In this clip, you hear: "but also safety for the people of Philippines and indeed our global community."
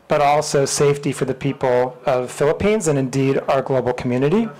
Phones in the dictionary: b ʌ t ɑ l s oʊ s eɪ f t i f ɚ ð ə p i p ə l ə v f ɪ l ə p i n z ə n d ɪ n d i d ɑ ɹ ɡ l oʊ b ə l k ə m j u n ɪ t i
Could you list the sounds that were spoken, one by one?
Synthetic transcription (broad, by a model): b ʌ t ɑ l s oʊ s eɪ f t i f ɚ ð ə p i p l ə v f ɪ l ə p i n z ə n ɪ n d i d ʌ ɹ ɡ l oʊ b l k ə m j u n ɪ t i